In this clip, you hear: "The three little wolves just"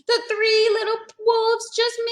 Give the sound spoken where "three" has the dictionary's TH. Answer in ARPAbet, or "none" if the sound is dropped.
TH